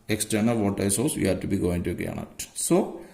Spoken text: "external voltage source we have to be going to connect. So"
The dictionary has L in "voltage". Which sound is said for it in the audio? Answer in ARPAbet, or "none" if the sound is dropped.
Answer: none